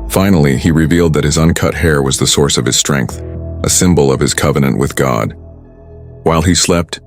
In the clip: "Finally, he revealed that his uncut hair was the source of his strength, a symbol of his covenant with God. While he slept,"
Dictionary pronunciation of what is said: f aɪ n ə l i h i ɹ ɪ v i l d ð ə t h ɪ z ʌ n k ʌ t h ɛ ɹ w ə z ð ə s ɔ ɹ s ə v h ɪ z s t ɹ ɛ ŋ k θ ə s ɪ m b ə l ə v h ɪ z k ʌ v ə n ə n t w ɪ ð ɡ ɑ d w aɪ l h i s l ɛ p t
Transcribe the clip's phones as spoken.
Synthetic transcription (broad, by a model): f aɪ n l i i ɹ ɪ v i l d ð ə t h ɪ z ʌ n k ʌ t h ɛ ɹ w ə z ð ə s ɔ ɹ s ə v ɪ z s t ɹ ɛ ŋ k θ ə s ɪ m b l ə v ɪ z k ʌ v ə n ə n t w ɪ ð ɡ ɑ d w aɪ l i s l ɛ p t